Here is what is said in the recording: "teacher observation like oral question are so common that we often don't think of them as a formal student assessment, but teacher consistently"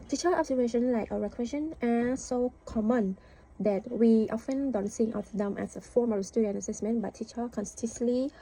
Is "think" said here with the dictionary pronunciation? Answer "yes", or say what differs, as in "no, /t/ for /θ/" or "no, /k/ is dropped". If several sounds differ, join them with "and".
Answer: no, /s/ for /θ/